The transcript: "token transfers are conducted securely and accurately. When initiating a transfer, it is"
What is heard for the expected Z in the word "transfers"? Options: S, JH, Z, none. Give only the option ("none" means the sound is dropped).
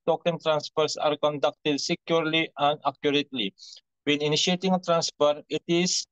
S